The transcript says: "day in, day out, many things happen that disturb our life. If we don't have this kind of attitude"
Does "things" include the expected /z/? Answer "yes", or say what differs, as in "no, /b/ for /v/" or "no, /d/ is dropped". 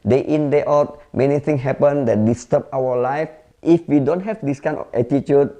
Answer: no, /z/ is dropped